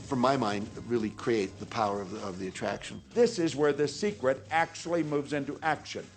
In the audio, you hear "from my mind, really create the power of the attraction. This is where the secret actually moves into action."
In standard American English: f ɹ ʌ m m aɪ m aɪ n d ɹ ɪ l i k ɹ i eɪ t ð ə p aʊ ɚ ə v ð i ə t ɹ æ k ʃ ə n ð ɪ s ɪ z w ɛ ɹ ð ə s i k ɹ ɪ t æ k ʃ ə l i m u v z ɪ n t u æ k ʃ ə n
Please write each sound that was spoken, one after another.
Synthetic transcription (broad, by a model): f ɹ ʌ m m aɪ m aɪ n d ɹ ɪ l i k ɹ i eɪ t ð ə p aʊ ɚ ə v ð i ə t ɹ æ k ʃ ə n ð ɪ s ɪ z w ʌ ɹ ð ə s i k ɹ ɪ t æ k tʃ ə l i m u v z ɪ n t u æ k ʃ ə n